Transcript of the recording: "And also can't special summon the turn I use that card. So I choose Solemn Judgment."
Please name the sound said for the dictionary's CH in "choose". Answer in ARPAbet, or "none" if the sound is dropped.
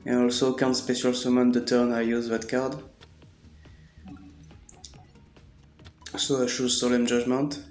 SH